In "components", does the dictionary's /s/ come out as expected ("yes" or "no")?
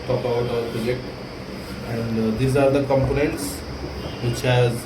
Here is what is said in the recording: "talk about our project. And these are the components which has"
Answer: yes